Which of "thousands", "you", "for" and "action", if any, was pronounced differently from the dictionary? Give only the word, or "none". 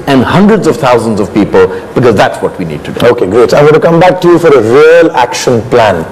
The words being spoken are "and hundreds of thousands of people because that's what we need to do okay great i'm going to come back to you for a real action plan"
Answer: thousands